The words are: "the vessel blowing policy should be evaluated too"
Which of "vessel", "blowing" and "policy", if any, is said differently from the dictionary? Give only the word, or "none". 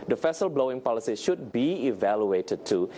vessel